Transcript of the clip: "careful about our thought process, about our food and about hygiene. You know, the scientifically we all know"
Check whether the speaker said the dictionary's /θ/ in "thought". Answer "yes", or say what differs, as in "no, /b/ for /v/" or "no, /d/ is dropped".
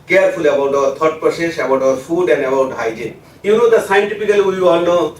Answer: no, /t/ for /θ/